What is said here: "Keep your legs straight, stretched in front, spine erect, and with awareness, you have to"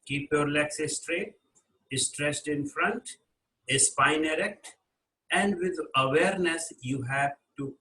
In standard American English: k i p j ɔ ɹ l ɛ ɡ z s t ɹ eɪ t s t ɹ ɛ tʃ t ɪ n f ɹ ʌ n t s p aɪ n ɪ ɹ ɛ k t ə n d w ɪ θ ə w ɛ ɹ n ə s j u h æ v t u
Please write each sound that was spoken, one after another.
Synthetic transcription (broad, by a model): k i p j ɔ ɹ l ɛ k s s t ɹ eɪ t s t ɹ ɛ s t ɪ n f ɹ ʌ n t s p aɪ n ɪ ɹ ɛ k t ə n d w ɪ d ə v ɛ ɹ n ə s j u h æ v t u